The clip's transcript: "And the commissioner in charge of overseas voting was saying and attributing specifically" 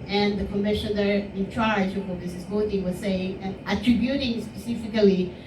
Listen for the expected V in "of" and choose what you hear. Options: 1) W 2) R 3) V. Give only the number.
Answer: 1